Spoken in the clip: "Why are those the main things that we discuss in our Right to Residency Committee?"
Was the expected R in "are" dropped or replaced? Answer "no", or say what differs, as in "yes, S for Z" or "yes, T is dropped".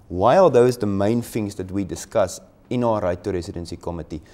yes, L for R